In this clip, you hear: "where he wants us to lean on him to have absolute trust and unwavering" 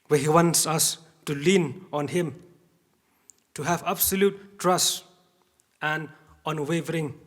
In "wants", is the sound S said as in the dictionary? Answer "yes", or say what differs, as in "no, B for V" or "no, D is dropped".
yes